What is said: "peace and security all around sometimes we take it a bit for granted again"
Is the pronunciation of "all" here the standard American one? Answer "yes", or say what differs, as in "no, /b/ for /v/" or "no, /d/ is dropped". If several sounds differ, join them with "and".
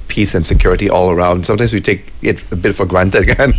yes